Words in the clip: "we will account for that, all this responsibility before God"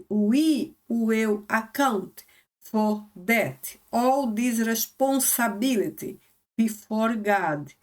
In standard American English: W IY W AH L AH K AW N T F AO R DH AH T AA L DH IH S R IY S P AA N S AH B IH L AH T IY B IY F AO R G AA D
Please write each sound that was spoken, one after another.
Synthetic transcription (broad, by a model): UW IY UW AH W AH K AW N T F AO R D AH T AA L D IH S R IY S P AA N S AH B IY L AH T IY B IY F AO R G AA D